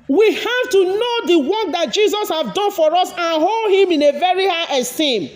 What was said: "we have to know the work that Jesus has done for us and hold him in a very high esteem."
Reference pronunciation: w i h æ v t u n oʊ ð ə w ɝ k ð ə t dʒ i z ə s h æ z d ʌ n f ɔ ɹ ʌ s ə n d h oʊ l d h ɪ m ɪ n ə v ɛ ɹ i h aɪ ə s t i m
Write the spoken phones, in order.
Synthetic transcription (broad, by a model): w i h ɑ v t u n oʊ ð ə w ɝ k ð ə t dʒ i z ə s h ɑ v d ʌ n f ɔ ɹ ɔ s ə n h oʊ l d h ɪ m ɪ n ə v ɛ ɹ i h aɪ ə s t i m